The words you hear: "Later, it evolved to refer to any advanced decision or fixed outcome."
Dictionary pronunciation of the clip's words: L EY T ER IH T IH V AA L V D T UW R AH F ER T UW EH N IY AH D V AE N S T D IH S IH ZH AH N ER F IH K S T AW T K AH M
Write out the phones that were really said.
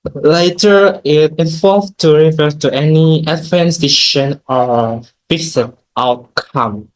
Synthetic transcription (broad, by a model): L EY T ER IH T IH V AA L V T UW R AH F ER T UW EH N IY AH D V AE N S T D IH SH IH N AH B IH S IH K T AW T K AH M